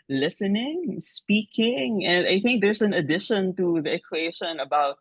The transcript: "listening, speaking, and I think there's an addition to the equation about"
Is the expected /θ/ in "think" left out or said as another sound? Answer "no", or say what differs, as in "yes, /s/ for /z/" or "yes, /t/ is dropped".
no